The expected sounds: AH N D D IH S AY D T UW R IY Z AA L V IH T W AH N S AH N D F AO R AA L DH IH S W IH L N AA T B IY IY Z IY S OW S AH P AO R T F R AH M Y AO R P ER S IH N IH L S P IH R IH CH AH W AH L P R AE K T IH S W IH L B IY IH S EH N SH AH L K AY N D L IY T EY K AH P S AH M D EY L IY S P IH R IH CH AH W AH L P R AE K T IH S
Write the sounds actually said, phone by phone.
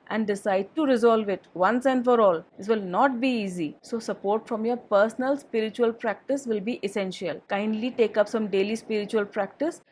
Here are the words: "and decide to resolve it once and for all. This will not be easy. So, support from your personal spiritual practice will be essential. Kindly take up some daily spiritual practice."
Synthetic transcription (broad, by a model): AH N D D IH S AY D T UW R IY Z AA L V IH T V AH N S AH N D F AO R AA L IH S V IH L N AA T B IY IY Z IY S OW S AH P AO R T F R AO M Y AO R P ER S N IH L S P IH R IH CH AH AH L P R AE K T IH S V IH L B IY IH S EH N SH AH L K AY N D L IY T EY K AH P S AH M D EY L IY S P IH R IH CH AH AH L P R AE K T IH S